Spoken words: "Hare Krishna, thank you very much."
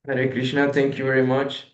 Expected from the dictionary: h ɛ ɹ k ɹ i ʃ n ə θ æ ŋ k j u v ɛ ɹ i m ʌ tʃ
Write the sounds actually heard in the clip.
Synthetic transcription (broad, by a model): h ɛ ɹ k ɹ i ʃ n ə t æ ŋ k j u v ɛ ɹ i m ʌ tʃ